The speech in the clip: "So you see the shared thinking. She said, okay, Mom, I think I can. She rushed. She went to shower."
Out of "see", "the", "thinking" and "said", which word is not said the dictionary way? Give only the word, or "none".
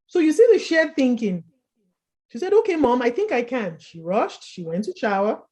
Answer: none